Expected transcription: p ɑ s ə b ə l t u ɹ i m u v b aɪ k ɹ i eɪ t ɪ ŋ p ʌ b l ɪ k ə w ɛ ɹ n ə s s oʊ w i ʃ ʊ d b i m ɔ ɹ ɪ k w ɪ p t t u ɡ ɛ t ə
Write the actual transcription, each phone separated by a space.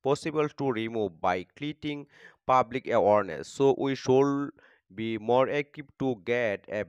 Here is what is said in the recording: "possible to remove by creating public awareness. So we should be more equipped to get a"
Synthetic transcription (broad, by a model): p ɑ s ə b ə l t u ɹ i m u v b aɪ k l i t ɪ ŋ p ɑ b l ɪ k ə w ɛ ɹ n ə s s oʊ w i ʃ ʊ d b i m ɔ ɹ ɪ k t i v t t u ɡ ɛ t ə